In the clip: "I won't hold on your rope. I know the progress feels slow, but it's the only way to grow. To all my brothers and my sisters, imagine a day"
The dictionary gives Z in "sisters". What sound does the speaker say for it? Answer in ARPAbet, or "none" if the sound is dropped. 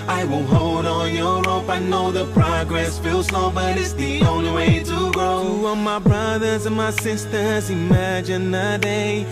Z